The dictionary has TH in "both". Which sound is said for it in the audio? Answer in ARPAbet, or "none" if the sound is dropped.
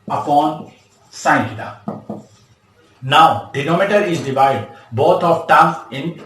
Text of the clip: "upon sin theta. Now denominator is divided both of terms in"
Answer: T